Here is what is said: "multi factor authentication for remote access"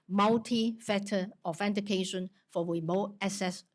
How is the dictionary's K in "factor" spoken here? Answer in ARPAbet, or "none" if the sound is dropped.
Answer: none